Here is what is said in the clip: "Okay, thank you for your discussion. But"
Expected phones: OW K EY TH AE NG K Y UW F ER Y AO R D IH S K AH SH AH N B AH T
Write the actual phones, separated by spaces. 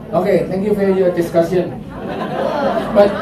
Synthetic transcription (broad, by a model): OW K EY T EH NG K Y UW F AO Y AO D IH S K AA S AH N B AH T